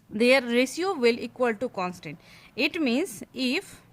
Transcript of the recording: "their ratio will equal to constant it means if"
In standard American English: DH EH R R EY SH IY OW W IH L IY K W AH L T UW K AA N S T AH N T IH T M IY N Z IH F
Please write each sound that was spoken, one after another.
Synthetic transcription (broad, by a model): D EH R R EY S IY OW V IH L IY K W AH L T UW K AA N S T AH N T IH T M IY N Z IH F